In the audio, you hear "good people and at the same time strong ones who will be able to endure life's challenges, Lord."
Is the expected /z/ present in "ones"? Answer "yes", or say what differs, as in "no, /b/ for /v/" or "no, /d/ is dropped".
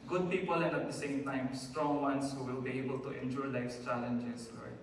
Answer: no, /s/ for /z/